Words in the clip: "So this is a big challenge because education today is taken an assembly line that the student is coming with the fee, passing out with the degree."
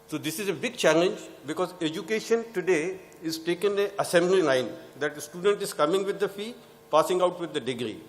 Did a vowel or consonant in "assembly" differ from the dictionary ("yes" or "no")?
no